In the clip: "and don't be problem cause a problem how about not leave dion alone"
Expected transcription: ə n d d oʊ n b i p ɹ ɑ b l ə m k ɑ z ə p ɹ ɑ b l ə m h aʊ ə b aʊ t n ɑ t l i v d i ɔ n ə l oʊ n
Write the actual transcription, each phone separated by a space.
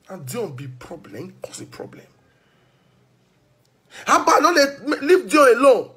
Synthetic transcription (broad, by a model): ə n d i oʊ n b i p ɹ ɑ b l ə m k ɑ s ə p ɹ ɑ b l ə m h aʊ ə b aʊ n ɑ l l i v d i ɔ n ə l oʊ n